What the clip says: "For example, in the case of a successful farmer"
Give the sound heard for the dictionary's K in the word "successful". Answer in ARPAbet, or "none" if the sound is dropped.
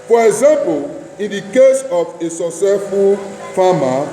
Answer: none